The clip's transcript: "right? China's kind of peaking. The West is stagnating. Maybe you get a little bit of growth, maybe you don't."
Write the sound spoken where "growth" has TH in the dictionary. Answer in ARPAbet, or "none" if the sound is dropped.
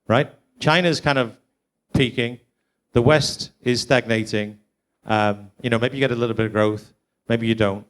TH